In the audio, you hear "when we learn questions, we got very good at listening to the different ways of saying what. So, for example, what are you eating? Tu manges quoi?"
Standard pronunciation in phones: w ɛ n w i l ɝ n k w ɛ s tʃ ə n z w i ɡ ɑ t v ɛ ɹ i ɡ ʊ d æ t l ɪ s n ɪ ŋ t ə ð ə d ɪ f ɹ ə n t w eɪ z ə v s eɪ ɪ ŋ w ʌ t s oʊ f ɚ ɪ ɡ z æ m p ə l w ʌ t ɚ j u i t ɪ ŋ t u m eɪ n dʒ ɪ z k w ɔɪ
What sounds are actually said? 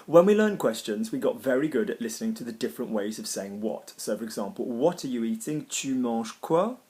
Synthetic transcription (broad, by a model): w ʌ n w i l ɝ n k w ɛ s tʃ ə n z w i ɡ ɑ t v ɛ ɹ i ɡ ʊ d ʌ t l ɪ s n ɪ ŋ t ə ð ə d ɪ f ɹ ə n t w eɪ z ə v s eɪ ɪ ŋ w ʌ t s oʊ f ɚ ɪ ɡ z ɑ m p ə l w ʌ t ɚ j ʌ i t ɪ ŋ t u m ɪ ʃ k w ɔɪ